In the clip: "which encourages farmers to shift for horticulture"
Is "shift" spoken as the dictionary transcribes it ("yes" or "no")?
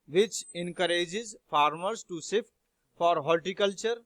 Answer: no